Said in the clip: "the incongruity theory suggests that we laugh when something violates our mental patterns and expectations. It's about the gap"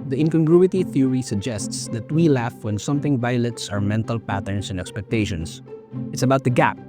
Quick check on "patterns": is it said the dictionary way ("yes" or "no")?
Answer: no